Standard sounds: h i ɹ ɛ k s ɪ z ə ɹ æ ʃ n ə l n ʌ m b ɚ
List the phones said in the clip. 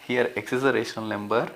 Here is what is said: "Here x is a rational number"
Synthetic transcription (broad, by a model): h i ɹ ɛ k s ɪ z ə ɹ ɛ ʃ ə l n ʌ m b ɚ